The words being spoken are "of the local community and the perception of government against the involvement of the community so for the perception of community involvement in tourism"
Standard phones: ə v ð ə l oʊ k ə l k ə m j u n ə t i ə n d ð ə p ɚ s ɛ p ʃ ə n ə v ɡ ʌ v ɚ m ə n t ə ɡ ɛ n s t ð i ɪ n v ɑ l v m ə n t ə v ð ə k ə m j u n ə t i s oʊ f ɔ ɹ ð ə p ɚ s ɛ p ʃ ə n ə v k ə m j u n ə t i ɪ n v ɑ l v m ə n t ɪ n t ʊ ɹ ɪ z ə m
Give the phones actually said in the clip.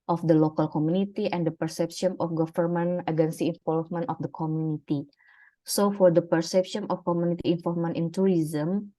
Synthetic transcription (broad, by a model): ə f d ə l oʊ k ə l k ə m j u n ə t i ə n d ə p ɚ s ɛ p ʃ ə n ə f ɡ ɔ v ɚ m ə n ə ɡ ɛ n s i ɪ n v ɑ l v m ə n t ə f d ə k ə m j u n ə t i s oʊ f ɔ ɹ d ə p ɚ s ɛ p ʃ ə n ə f k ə m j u n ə t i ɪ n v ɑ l m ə n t ɪ n t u ɹ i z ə m